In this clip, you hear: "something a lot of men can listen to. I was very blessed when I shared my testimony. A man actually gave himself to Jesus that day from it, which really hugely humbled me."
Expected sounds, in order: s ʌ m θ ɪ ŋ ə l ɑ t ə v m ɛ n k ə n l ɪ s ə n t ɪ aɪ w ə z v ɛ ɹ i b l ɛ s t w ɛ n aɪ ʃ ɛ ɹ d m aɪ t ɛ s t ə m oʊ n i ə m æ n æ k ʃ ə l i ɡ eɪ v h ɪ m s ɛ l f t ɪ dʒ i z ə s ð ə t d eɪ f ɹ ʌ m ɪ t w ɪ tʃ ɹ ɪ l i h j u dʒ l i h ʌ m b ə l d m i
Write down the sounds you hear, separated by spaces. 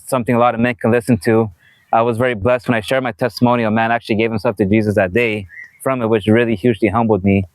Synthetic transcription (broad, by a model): s ʌ m θ ɪ ŋ ə l ɑ t ə v m ɛ n k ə n l ɪ s ə n t ɪ aɪ w ə z v ɛ ɹ i b l ɛ s t w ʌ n aɪ ʃ ɛ ɹ d m aɪ t ɛ s t ə m oʊ n i ə m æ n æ k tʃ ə l i ɡ eɪ v h ɪ m s ɛ l f t ɪ dʒ i z ə s ð ə t d eɪ f ɹ ʌ m ɪ t w ɪ tʃ ɹ ɪ l i h j u dʒ l i h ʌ m b l d m i